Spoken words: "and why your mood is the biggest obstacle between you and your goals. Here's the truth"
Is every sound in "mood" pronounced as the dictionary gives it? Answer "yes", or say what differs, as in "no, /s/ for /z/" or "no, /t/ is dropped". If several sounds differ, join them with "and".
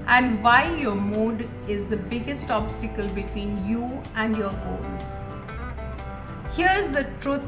yes